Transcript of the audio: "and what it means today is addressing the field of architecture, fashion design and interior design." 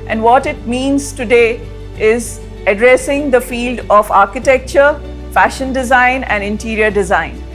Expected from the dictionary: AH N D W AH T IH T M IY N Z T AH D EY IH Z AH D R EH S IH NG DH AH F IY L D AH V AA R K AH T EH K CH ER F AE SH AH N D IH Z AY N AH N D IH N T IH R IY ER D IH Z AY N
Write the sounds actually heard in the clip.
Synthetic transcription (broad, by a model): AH N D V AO T IH T M IY N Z T AH D EY IH Z AH D R EH S IH NG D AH F IY L D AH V AA R K AH T EH K CH ER F AE SH AH N D IH Z AY N AH N D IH N T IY R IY ER D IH Z AY N